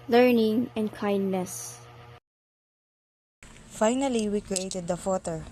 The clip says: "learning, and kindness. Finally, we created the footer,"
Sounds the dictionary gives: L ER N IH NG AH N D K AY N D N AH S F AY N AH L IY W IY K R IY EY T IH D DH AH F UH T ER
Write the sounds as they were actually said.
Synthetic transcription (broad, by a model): L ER N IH NG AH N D K AY N D N AH S F AY N AH L IY W IY K R IY EY T IH D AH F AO T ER